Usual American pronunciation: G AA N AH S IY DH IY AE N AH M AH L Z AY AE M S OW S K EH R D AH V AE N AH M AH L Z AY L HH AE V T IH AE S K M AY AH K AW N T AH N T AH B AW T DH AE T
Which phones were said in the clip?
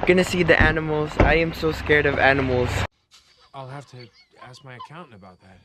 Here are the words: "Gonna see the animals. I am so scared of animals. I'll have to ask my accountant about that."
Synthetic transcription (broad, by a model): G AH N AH S IY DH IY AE N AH M L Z AY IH M S OW S K EH R D AH V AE N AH M L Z AY L HH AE F T IH AE S K M AY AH K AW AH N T AH B AW T DH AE T